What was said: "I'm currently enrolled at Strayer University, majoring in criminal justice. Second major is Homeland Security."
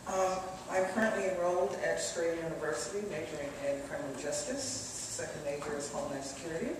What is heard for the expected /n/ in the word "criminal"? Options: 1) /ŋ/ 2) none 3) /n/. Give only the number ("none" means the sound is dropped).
2